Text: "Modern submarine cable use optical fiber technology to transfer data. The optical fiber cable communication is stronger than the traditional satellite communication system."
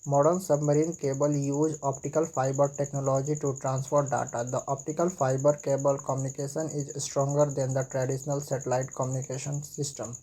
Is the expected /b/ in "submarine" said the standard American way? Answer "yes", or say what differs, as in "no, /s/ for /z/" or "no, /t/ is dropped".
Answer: yes